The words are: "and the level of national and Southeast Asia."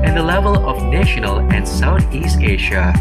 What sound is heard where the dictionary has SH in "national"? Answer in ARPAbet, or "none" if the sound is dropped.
SH